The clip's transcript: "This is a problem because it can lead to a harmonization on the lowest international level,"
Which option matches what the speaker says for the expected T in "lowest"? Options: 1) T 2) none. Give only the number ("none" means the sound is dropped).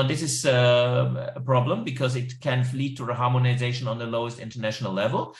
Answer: 1